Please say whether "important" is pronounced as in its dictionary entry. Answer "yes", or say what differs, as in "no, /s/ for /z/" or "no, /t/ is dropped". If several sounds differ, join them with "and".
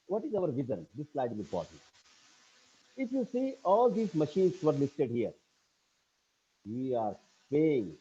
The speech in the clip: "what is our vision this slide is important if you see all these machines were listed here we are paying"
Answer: no, /m/ is dropped